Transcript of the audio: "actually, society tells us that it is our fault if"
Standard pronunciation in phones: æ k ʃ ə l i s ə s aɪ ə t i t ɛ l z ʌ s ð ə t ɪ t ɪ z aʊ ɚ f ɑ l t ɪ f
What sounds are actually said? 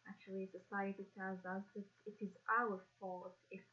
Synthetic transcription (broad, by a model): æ k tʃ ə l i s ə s aɪ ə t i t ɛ z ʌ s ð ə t ɪ t ɪ z aʊ ɚ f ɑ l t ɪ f